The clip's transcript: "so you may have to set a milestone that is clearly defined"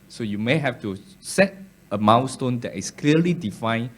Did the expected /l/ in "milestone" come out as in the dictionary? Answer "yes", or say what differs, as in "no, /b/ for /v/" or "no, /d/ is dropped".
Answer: no, /w/ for /l/